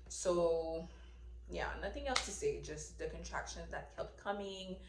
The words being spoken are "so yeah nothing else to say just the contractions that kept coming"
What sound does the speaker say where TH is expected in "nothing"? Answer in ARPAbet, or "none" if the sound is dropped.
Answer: TH